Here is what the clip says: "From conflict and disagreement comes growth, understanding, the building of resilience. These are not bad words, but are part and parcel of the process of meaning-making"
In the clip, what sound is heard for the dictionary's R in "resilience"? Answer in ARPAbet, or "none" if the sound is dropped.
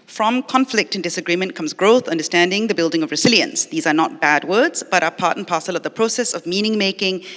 R